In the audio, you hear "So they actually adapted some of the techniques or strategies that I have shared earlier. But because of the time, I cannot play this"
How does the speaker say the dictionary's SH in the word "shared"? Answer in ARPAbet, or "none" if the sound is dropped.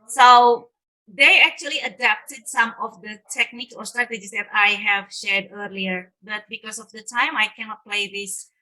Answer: SH